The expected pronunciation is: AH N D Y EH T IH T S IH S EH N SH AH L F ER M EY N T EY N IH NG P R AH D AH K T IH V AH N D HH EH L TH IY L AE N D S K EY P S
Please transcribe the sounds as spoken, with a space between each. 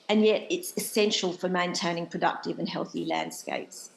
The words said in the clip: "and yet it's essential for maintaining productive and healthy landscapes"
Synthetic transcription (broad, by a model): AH N Y EH T IH T S IH S EH N SH AH L F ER M EY N T EY N IH NG P R AH D AH K T IH V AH N HH EH L TH IY L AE N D S K EY P S